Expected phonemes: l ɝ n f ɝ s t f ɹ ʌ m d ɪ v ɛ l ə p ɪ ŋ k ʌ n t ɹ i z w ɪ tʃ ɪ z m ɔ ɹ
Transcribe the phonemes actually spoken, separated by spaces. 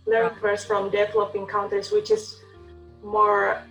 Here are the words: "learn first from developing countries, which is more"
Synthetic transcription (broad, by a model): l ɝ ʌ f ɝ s f ɹ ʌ m d ɪ v ɛ l ə p ɪ ŋ k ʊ n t i s w ɪ tʃ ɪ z m ɔ ɹ